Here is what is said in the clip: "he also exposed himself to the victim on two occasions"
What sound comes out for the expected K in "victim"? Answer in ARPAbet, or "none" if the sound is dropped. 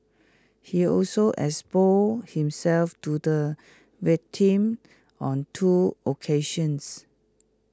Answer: none